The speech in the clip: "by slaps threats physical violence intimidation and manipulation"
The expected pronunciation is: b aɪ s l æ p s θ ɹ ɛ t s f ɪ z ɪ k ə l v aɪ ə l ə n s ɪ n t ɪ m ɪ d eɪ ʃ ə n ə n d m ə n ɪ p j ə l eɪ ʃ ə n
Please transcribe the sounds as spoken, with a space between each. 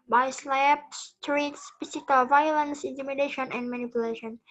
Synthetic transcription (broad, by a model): b aɪ s l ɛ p s t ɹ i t s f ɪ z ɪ k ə l v aɪ ə l ə n s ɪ n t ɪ m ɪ d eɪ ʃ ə n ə n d m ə n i p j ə l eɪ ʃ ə n